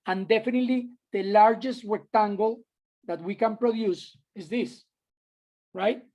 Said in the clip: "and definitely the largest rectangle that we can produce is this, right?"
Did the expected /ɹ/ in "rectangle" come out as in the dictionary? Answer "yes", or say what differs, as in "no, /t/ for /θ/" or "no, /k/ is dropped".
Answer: no, /w/ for /ɹ/